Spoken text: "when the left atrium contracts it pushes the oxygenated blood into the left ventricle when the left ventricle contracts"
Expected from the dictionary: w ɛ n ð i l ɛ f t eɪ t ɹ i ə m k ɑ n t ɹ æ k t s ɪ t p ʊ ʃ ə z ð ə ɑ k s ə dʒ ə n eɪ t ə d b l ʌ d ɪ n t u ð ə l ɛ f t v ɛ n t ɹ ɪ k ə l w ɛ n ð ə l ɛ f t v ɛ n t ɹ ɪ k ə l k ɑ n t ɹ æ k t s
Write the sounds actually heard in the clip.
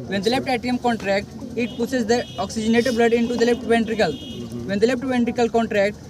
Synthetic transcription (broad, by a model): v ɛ n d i l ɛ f t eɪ t i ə m k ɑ n t ɹ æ k t ɪ t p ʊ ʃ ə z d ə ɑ k s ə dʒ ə n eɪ t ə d b l ʌ d ɪ n t u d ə l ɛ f t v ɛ n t ɹ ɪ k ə l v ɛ n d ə l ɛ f t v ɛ n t ɹ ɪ k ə l k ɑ n t ɹ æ k t